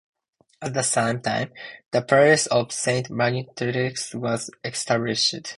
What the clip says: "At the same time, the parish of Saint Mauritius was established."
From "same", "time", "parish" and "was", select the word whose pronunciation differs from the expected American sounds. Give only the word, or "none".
parish